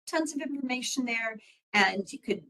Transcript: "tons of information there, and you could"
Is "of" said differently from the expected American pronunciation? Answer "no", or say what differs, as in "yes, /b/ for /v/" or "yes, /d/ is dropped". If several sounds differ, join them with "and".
no